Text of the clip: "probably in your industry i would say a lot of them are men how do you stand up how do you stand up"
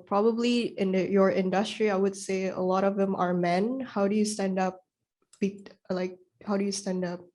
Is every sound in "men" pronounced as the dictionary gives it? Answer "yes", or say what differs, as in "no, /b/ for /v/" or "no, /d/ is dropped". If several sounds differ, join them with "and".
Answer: yes